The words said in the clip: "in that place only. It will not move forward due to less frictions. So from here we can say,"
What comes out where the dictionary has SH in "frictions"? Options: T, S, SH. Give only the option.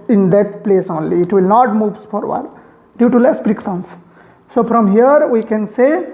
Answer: S